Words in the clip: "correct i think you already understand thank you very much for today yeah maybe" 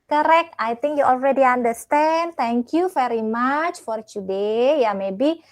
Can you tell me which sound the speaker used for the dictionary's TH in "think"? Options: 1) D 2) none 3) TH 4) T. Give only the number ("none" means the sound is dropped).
4